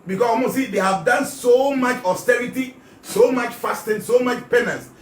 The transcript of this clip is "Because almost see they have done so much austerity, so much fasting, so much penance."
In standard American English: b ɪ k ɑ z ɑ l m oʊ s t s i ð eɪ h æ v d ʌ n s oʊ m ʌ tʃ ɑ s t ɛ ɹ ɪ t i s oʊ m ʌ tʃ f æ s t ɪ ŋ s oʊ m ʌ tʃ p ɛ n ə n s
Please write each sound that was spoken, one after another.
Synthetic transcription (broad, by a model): b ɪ k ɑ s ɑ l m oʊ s s i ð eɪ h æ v d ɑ n s oʊ m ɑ tʃ ɑ s t ɛ ɹ ɪ t i s oʊ m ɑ tʃ f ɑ s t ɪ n s oʊ m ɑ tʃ p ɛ n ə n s